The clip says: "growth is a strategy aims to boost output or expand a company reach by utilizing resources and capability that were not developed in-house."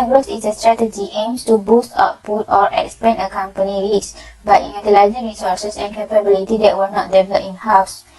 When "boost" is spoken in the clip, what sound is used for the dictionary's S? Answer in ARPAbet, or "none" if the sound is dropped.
S